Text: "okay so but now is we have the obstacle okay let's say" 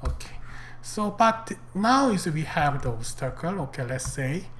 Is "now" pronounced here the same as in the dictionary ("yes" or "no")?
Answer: yes